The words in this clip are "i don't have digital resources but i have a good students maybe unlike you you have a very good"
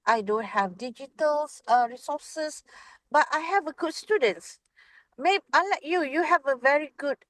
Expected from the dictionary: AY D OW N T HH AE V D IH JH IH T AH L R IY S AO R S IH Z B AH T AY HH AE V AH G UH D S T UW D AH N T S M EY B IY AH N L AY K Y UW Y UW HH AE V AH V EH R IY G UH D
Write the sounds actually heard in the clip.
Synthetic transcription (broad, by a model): AY D OW N T HH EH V D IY JH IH T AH L R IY S AO S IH S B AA T AY HH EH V AH G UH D S T UW D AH N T S M EY B IY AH L AY K Y UW Y UW HH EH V AH V EH R IY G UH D